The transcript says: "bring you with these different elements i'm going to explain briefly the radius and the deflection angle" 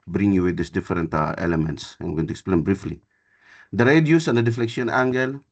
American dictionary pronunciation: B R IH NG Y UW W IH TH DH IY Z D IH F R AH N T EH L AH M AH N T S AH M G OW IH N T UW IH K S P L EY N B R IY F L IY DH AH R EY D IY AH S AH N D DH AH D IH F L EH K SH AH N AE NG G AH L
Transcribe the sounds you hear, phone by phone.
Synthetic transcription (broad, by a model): B R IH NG Y UW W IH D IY S D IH F R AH N T EH L AH M AH N T S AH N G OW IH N T UW IH K S P L EY N B R IY F L IY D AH R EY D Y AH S AH N D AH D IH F L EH K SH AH N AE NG G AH L